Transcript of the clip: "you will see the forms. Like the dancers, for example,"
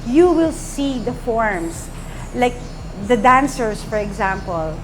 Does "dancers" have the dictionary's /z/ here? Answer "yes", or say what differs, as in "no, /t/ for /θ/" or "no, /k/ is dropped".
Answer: no, /s/ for /z/